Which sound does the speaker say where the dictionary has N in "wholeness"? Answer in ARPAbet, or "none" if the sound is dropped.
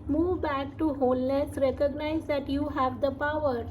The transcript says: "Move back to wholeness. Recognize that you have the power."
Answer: L